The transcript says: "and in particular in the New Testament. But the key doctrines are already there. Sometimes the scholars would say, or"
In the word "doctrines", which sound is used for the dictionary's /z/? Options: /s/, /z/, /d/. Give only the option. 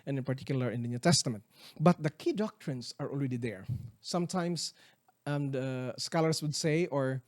/s/